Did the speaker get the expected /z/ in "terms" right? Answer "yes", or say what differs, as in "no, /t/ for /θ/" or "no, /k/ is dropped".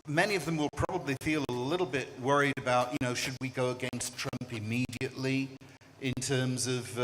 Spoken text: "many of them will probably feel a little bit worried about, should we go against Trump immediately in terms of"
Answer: yes